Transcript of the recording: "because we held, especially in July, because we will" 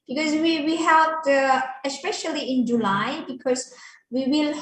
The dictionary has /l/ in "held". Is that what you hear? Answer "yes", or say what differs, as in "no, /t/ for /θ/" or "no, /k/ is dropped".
no, /l/ is dropped